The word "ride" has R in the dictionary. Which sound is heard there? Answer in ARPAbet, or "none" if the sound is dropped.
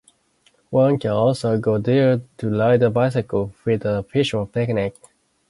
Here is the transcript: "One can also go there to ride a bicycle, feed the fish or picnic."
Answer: L